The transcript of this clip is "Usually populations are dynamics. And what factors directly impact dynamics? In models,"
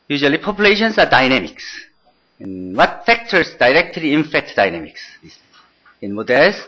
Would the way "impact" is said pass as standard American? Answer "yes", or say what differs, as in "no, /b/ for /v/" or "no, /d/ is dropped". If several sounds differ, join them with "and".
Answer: no, /f/ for /p/